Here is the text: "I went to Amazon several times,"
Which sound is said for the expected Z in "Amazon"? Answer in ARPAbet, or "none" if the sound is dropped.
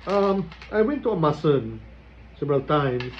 S